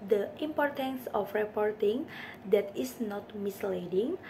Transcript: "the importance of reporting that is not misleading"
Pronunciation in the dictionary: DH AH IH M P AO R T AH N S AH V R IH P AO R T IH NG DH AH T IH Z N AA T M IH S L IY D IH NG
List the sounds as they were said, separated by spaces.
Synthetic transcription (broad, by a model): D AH IH M P AO R T AH N S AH F R IH P AO R T IH NG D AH T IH S N AA T M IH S L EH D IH NG